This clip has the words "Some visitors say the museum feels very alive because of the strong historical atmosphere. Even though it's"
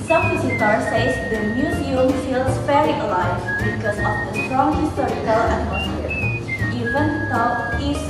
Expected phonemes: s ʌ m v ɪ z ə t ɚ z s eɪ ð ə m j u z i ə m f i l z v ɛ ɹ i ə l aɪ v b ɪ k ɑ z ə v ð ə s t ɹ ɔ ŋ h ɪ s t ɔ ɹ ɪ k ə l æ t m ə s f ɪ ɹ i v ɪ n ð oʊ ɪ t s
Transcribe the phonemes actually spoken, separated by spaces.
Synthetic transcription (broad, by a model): s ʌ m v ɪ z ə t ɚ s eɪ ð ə m j u z i ə m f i l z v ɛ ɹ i ə l aɪ v b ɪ k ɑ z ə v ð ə s t ɹ ɔ ŋ h ɪ s t ɔ ɹ ɪ k ə l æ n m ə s ɪ i v ɪ n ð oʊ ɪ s